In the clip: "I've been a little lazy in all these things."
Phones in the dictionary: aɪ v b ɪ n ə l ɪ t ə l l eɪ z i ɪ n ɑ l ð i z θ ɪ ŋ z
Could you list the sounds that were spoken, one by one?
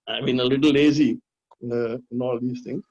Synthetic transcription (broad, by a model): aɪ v b ɪ n ə l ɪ t l l eɪ z i ɪ n ɑ l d i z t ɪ ŋ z